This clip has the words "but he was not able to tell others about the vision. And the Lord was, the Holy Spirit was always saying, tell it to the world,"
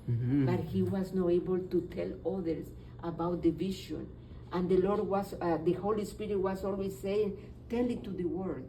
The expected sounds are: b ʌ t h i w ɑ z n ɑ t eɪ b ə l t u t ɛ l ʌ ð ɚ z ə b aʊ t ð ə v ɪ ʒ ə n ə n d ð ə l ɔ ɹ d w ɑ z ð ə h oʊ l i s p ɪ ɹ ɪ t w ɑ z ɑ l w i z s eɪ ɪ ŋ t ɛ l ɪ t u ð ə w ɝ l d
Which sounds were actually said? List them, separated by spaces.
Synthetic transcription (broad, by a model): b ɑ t h i w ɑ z n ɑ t eɪ b ə l t u t ɛ l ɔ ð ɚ s ə b aʊ t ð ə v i ʃ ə n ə n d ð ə l ɔ ɹ d w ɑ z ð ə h oʊ l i s p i ɹ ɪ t w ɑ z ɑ l w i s eɪ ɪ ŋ t ɛ l ɪ t u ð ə w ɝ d